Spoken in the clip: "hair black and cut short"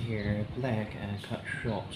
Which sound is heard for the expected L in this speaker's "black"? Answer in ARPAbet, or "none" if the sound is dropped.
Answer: L